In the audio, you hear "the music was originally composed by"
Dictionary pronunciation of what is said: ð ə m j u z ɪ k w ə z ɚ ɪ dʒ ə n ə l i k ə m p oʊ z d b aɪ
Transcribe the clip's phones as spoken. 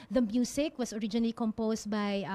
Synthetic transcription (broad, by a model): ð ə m j u s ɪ k w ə s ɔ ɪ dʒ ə n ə l i k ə m p oʊ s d b aɪ